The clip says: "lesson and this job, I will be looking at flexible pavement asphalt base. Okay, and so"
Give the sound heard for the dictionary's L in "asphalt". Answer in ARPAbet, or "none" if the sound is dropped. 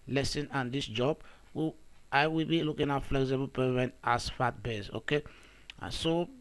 none